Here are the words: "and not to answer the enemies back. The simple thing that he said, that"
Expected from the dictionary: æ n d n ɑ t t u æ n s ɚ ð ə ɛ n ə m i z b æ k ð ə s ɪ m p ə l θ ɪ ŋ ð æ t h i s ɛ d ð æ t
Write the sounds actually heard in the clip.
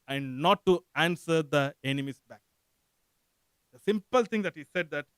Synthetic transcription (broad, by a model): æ n d n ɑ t t u æ n s ɚ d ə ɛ n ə m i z b æ k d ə s ɪ m p ə l t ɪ ŋ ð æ t h i s ɛ d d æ t